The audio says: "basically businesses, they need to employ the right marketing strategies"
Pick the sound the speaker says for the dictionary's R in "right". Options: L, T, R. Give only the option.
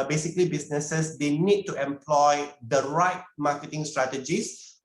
R